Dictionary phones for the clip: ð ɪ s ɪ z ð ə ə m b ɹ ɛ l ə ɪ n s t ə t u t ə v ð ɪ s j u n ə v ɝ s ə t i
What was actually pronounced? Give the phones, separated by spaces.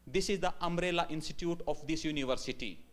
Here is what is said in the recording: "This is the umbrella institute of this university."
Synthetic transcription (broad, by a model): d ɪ s ɪ z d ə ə m ɹ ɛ l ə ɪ n s t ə t u t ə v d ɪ s j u n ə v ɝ s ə t i